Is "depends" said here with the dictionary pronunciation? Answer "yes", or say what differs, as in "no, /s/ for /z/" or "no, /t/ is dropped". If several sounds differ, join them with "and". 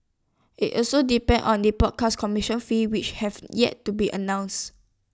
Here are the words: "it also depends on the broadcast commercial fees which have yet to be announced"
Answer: no, /z/ is dropped